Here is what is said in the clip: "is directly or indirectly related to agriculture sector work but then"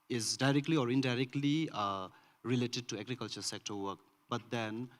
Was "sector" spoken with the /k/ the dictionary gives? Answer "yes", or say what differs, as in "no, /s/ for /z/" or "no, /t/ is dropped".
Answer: yes